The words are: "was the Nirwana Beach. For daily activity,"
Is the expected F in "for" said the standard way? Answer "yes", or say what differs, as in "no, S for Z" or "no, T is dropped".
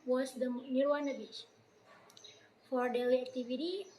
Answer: yes